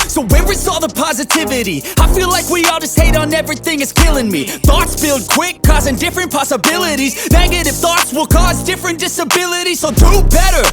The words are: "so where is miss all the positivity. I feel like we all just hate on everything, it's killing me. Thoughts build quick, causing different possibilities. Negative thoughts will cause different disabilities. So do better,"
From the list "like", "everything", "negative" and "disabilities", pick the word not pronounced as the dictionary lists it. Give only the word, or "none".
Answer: negative